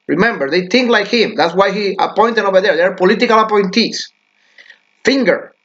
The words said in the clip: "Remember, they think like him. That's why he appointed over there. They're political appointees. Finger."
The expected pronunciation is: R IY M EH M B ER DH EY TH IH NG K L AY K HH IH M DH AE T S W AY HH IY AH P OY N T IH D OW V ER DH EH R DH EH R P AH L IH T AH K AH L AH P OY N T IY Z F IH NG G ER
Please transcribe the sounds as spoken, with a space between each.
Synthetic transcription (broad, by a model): R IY M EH M B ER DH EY TH IH NG K L AY K HH IH M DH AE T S W AY HH IY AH P OY N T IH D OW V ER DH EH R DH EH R P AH L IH T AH K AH L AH P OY N T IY S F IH NG G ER